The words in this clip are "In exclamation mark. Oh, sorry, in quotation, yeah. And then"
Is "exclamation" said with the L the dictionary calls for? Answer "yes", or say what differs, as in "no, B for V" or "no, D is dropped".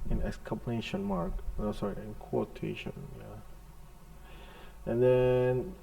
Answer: no, L is dropped